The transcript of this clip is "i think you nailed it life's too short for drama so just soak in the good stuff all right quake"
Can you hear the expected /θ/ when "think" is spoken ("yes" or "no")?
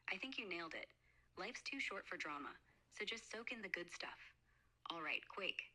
yes